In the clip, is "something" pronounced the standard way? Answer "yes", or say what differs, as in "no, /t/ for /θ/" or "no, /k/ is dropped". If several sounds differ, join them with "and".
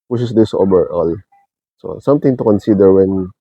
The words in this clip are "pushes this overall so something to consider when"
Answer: no, /t/ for /θ/